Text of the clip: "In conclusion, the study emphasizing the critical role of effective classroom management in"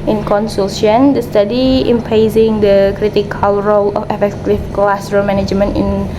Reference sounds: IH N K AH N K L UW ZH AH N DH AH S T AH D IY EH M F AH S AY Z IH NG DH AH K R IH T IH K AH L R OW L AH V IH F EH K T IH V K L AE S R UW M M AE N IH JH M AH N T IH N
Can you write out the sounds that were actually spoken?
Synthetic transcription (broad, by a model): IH N K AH N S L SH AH N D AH S T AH D IY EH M P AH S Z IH NG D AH K R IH T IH K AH L R OW L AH F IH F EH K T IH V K L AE S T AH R M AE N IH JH M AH N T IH N